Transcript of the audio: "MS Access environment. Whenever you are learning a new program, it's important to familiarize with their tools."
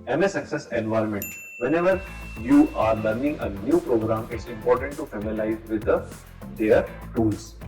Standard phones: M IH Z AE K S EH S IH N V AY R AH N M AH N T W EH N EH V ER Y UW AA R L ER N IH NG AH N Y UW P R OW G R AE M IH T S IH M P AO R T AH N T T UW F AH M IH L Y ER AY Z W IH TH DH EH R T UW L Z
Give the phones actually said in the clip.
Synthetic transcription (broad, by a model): M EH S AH K S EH S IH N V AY AH L M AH N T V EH N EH V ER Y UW AA R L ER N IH NG AH N Y UW P R OW G R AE M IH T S IH M P AO R T AH N T T UW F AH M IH L AY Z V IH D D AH R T UW L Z